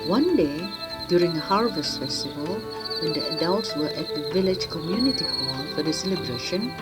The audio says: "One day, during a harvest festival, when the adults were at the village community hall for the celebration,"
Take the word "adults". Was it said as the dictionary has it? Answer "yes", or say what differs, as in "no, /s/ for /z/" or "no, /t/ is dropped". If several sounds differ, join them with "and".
yes